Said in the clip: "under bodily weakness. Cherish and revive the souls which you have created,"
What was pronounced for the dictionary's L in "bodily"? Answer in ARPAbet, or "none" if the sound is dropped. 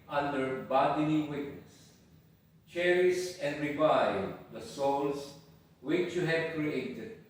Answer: N